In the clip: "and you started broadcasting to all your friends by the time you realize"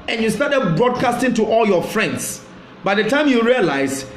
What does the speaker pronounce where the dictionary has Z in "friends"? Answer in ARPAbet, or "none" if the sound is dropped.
S